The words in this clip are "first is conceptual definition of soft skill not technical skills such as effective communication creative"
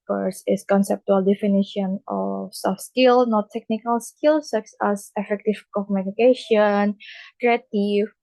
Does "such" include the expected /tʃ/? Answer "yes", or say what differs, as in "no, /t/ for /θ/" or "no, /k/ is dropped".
no, /s/ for /tʃ/